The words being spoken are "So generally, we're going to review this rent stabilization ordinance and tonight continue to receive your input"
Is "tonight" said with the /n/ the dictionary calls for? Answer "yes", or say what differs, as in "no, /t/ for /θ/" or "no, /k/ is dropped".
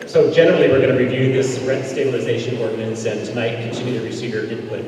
no, /n/ is dropped